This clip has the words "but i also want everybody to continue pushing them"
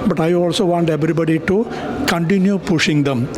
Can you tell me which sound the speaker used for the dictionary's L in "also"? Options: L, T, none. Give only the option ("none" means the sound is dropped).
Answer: L